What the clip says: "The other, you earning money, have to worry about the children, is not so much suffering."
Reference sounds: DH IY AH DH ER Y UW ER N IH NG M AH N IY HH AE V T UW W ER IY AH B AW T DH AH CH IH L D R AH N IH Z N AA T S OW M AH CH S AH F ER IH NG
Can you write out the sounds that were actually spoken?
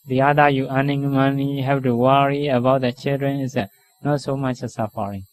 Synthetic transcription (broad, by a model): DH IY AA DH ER Y UW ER N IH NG M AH N IY HH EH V T UW W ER IY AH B AW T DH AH CH IH L D R AH N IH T N AA T S OW M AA CH S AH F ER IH NG